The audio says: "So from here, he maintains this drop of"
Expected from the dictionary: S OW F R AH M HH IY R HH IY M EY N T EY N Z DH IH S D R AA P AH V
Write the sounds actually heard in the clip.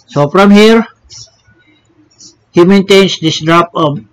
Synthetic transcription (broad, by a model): S OW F R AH M HH IY R HH IY M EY N T EY N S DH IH S D R AA P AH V